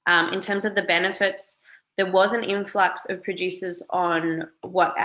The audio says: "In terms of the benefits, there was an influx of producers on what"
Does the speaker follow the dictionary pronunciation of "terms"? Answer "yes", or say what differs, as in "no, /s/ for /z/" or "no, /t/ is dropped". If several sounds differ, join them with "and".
yes